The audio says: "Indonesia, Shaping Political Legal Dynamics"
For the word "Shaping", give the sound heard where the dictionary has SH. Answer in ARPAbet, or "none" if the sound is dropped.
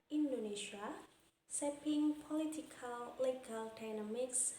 S